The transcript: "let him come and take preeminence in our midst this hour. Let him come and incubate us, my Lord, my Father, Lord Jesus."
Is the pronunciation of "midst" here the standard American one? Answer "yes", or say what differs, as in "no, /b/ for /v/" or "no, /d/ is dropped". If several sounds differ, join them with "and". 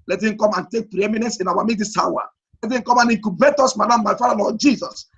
no, /s/ is dropped